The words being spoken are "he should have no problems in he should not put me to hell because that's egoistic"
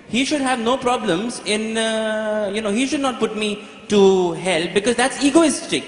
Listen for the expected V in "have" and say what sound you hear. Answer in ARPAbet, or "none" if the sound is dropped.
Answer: V